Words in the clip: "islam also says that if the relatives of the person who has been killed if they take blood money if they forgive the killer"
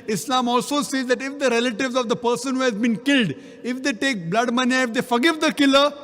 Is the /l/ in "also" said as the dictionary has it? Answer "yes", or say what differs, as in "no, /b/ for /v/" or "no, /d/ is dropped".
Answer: yes